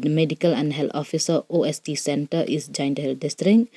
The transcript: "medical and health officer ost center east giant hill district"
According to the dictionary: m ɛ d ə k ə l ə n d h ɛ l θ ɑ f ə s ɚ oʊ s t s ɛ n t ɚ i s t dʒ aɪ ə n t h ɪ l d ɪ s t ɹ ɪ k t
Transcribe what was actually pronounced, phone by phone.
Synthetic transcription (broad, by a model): m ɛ d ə k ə l ə n d h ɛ l t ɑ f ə s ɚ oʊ s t s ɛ n t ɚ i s dʒ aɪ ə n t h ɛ l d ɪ s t ɹ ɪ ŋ